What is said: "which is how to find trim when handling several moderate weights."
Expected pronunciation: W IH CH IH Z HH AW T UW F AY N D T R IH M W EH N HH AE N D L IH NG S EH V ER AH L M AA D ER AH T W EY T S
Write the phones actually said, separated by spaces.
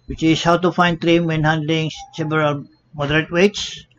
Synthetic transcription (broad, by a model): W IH CH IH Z HH AW T UW F AY N D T R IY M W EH N HH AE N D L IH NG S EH B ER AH M AA D ER AH T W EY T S